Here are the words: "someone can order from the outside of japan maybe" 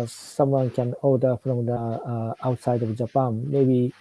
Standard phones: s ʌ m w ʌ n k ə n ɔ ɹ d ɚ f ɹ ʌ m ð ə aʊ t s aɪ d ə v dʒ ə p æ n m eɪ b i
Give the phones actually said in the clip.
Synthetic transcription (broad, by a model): s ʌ m w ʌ n k ə n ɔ l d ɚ p ɹ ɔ m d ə aʊ t s aɪ d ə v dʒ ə p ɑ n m eɪ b i